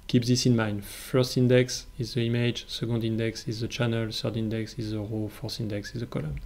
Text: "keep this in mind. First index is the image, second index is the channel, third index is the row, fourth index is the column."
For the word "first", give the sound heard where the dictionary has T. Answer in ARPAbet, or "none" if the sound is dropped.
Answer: T